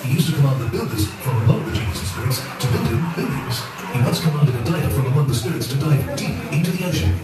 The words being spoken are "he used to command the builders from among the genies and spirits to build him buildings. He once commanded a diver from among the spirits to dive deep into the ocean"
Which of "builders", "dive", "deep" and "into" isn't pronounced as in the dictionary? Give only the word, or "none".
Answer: none